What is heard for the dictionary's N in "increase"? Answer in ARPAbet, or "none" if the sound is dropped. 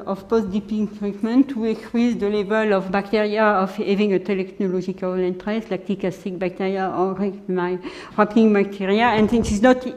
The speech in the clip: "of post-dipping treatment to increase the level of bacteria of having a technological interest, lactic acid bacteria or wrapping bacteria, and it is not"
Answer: none